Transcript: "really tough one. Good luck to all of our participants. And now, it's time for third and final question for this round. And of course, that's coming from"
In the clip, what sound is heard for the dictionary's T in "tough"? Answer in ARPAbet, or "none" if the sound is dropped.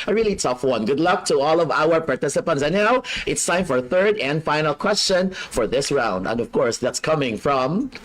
T